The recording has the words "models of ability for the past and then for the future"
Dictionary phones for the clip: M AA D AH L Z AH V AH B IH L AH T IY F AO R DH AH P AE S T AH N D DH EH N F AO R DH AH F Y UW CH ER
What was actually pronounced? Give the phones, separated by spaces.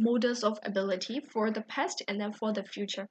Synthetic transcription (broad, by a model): M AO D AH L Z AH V AH B IH L AH T IY F AO R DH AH P AE S T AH N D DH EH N F AO R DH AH F Y UW CH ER